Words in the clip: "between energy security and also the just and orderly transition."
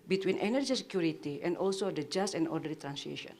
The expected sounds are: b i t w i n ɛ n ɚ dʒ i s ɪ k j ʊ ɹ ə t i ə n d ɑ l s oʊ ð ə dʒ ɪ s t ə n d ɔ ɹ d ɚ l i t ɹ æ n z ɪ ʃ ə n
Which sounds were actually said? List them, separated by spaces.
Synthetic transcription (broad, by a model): b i t w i n ɛ n ɚ dʒ i s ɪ k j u ɹ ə t i ə n d ɑ l s oʊ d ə dʒ ɪ s t ə n d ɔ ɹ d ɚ i t ɹ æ n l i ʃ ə n